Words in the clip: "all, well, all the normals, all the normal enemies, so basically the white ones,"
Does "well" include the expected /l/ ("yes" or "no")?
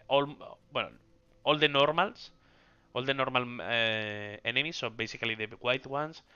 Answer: no